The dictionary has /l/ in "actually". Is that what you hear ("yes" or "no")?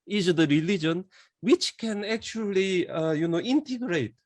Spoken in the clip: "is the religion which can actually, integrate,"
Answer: no